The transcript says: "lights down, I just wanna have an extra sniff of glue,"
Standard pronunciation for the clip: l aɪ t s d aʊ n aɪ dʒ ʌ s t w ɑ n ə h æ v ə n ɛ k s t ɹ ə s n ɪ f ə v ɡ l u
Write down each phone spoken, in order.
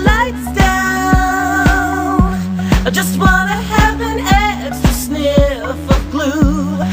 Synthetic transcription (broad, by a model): l aɪ t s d aʊ n aɪ dʒ ʌ s t w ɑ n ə h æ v ə n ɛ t ə s n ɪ ə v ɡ l u